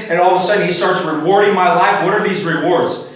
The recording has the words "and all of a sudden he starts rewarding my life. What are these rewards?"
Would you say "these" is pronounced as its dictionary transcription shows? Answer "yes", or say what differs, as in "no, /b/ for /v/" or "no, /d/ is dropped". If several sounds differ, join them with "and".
yes